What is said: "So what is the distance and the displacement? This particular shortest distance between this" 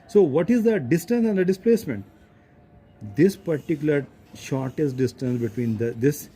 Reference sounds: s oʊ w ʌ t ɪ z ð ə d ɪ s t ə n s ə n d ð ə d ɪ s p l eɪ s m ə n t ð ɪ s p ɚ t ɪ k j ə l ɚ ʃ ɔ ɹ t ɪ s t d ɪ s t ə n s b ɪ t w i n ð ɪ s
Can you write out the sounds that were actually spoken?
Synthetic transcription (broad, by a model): s oʊ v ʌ t ɪ z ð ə d ɪ s t ə n s ə n d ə d ɪ s p l eɪ s m ə n t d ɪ s p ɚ t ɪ k j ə l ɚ ʃ ɔ ɹ t ɪ s t d ɪ s t ə n s b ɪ t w i n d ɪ s